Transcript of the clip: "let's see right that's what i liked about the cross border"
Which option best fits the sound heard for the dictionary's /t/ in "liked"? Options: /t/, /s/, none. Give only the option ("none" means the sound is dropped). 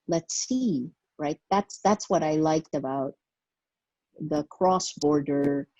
/t/